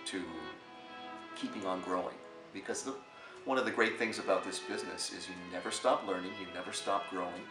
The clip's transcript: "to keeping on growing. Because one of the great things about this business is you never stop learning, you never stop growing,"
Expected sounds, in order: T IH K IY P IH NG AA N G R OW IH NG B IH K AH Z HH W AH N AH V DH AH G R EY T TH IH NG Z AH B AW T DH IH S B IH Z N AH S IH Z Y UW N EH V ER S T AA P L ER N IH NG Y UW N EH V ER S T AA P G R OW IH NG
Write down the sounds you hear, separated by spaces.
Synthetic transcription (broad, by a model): T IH K IY P IH NG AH N G R OW IH NG B IH K AH Z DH W AH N AH V DH AH G R EY T TH IH NG Z AH B AW T DH IH S B IH Z N AH S IH Z Y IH N EH V ER S T AA P L ER N IH NG Y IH N EH V ER S T AA P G R OW IH NG